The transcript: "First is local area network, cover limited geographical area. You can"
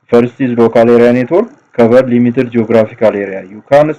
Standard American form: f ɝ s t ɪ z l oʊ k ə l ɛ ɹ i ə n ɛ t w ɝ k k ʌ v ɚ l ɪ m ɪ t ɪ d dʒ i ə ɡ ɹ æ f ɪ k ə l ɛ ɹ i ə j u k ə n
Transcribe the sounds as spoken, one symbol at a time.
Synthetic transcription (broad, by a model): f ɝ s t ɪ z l oʊ k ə l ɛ ɹ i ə n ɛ t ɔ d k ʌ b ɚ l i m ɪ t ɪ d dʒ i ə ɡ ɹ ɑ f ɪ k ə l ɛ ɹ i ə j u k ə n